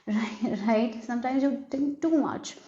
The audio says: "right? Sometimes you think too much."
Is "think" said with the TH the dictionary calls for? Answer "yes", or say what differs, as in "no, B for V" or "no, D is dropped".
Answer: no, T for TH